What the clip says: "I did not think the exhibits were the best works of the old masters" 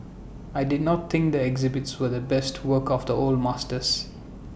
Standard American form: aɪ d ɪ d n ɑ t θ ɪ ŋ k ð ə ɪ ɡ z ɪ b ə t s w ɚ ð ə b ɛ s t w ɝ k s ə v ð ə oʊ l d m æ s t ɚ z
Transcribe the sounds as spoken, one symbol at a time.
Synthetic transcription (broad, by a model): aɪ d ɪ d n ɑ t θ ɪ ŋ k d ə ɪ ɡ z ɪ b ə t s w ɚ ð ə b ɛ s t w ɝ k ə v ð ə oʊ l d m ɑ s t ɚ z